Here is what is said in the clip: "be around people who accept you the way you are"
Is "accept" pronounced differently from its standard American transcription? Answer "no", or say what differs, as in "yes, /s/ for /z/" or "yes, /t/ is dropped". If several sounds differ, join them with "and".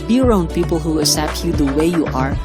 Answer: yes, /k/ is dropped